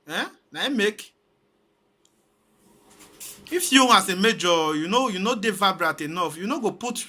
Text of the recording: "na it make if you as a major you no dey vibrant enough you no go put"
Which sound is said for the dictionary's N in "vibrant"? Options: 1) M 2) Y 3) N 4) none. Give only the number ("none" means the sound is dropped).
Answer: 4